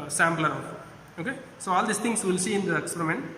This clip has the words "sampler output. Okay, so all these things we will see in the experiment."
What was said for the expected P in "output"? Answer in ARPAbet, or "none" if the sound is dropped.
none